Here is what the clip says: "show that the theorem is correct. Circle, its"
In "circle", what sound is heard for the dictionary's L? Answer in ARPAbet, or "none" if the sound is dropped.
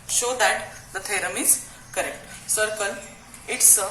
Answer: N